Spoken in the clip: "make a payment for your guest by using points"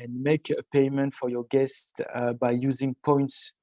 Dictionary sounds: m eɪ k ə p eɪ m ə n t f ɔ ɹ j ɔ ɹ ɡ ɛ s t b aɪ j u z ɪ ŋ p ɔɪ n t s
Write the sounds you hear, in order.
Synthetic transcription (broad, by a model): m eɪ k ə p eɪ m ə n t f ɔ ɹ j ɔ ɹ ɡ ɛ s t b aɪ j u z ɪ ŋ p ɔɪ n t s